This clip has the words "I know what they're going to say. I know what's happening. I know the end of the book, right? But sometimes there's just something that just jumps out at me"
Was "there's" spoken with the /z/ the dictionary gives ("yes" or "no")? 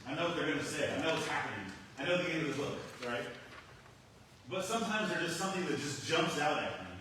no